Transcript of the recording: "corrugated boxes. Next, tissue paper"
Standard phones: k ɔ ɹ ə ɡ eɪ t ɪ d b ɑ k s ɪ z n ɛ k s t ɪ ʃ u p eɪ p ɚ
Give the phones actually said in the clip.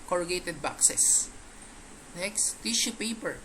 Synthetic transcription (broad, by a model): k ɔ ɹ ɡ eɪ t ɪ d b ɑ k s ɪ s n ɛ k s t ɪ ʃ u p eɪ p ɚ